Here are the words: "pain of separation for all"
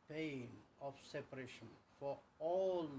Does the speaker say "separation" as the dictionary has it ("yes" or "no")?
yes